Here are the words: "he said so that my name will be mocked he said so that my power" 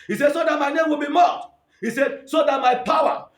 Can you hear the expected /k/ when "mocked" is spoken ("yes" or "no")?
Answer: no